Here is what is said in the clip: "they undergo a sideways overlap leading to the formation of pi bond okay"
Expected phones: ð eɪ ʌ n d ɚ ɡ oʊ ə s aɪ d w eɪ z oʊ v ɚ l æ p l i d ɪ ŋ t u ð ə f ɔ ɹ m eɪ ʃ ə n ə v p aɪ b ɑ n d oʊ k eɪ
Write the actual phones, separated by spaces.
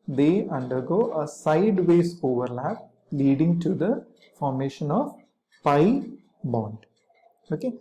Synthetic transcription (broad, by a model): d eɪ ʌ n d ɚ ɡ oʊ ə s aɪ d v eɪ s oʊ v ɚ l æ p l i d ɪ ŋ t u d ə f ɔ ɹ m eɪ ʃ ə n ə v p aɪ b ɑ n d oʊ k eɪ